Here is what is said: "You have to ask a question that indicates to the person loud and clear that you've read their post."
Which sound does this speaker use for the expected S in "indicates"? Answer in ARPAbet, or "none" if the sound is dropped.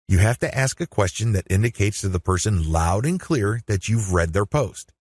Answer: S